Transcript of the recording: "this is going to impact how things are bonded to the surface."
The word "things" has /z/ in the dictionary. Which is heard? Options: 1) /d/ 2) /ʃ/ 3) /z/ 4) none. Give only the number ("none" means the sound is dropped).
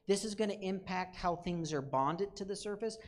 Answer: 3